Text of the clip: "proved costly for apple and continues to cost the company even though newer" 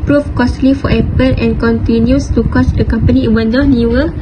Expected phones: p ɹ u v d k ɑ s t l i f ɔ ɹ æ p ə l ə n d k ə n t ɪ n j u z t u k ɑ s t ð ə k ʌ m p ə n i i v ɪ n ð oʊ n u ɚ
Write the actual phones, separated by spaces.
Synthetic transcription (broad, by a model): p ɹ u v k ɑ s t l i f ɔ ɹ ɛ p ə l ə n k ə n t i n j u s t u k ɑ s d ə k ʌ m p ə n i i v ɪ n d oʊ n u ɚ